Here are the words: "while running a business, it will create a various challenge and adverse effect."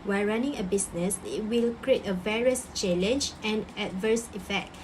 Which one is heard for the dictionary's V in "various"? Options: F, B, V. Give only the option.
V